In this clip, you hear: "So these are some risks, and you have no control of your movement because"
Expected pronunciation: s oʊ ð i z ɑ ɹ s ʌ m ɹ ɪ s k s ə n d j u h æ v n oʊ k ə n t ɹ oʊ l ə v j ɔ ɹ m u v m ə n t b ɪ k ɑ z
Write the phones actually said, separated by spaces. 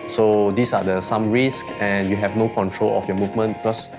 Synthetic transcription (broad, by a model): s oʊ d i s ɑ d s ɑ m ɹ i s k ə n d j u h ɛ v n oʊ k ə n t ɹ oʊ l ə f j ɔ m u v m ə n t b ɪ k ɑ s